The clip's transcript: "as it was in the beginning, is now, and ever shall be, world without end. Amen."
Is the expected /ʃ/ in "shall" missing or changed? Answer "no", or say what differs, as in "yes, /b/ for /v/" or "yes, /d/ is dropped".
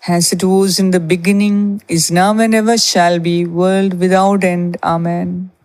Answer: no